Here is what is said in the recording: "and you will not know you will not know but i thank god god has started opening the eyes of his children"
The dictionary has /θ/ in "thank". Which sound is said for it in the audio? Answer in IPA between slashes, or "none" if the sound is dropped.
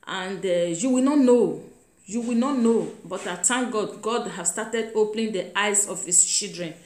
/t/